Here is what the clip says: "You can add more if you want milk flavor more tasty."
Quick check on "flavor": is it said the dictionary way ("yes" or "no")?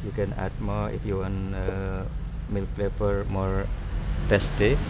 no